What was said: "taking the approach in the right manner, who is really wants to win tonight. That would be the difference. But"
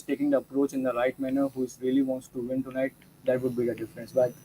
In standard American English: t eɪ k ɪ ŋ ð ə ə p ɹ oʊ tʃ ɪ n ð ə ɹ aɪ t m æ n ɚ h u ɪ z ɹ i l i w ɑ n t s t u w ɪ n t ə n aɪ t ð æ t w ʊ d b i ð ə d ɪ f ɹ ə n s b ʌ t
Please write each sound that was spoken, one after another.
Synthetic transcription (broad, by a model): t eɪ k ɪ ŋ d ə ə p ɹ oʊ tʃ ɪ n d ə ɹ aɪ t m æ n ɚ h u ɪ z ɹ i l i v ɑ n t s t u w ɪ n t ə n aɪ t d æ t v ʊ d b i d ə d ɪ f ɹ ə n s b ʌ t